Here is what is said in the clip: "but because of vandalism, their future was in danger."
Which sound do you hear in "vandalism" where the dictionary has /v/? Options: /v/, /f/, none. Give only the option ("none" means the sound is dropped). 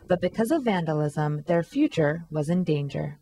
/v/